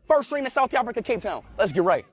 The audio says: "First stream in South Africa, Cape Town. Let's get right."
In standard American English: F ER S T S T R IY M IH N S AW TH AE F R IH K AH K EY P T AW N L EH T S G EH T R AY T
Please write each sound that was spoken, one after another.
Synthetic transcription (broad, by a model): F ER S S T R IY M IH N S AW TH AE F R IH K AH K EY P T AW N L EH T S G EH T R AY T